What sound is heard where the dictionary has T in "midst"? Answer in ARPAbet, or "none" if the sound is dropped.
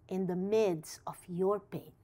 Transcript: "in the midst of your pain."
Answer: none